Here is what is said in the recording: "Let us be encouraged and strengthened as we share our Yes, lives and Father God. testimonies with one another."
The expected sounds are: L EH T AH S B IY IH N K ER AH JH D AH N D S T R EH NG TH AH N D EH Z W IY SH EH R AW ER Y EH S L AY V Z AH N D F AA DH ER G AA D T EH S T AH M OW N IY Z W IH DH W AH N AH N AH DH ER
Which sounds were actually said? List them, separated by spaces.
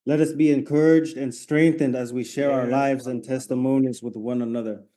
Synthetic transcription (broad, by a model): L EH T AH S B IY IH N K ER AH JH D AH N S T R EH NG TH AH N D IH Z W IY SH EH R AW ER L AY V Z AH N T EH S T AH M OW N IY Z W IH DH W AH N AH N AH DH ER